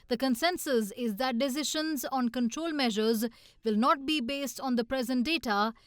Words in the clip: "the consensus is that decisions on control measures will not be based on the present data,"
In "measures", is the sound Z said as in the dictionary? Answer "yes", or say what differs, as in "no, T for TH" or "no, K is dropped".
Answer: yes